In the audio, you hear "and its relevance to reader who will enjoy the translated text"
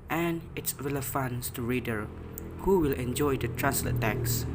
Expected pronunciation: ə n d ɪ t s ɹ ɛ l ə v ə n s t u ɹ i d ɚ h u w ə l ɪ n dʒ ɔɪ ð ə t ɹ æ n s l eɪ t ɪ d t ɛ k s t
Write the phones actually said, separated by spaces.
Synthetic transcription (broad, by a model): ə n ɪ t s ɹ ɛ l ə f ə n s t u ɹ i d ɚ h u w ə l ɪ n dʒ ɔɪ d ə t ɹ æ n s l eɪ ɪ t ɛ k s